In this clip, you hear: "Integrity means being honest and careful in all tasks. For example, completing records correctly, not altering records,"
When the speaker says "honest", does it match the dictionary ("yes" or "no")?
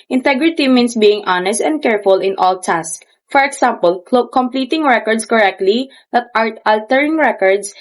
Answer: yes